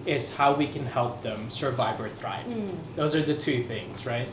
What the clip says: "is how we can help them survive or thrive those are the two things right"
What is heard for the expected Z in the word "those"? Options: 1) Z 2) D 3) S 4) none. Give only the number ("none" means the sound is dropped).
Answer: 1